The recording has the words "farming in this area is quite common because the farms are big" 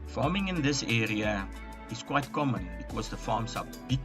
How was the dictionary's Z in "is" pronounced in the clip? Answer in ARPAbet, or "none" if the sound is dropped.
S